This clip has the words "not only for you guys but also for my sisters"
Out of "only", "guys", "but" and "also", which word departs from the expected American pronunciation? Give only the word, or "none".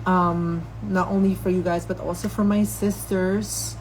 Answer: none